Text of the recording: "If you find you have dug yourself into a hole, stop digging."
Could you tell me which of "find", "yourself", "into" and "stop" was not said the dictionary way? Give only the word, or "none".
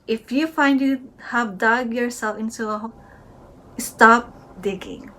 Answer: into